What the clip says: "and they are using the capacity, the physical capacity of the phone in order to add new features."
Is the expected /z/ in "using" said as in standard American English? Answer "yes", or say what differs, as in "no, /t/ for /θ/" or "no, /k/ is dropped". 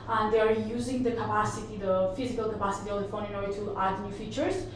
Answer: yes